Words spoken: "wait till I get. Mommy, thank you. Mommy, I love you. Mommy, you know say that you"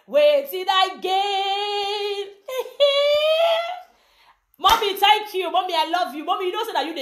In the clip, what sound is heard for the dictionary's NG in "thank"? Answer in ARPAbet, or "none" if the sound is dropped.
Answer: none